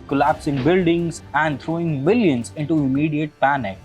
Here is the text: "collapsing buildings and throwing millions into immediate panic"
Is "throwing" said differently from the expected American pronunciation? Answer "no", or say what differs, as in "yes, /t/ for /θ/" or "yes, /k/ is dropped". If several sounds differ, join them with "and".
yes, /t/ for /θ/